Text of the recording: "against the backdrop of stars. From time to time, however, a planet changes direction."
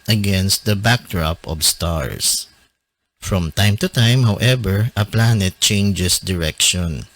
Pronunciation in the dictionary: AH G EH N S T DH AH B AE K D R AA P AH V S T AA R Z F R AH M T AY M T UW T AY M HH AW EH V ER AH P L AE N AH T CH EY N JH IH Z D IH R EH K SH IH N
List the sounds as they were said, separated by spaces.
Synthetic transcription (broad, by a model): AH G EH N S T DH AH B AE K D R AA P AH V S T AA R S F R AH M T AY M T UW T AY M HH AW EH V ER AH P L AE N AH T CH EY N JH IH S D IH R EH K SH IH N